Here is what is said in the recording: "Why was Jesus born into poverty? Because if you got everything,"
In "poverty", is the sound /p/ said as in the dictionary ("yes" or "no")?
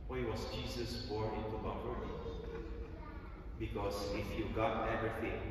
no